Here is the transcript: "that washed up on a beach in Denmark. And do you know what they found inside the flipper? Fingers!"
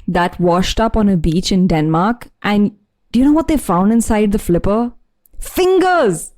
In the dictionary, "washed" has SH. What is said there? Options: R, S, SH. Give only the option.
SH